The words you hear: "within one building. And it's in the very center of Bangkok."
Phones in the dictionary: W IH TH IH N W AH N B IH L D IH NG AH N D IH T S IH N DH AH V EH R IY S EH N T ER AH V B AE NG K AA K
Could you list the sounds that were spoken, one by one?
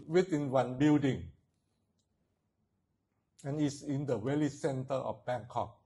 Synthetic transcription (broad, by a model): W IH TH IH N W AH N B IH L D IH NG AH N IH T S IH N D AH W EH L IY S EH N T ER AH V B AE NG K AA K